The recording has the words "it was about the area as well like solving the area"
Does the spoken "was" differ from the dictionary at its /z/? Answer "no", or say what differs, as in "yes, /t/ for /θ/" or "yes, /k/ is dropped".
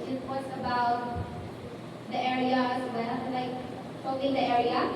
yes, /s/ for /z/